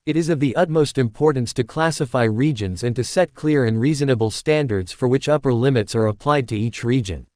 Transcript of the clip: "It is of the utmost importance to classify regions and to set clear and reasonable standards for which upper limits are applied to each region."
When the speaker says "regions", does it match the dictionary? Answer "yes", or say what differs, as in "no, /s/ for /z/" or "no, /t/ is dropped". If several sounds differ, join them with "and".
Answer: yes